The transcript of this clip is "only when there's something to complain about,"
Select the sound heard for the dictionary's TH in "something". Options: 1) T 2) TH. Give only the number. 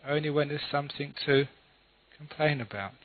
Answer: 2